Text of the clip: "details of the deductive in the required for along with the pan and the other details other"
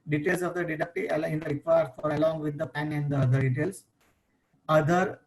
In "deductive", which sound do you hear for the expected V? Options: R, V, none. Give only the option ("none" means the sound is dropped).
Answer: none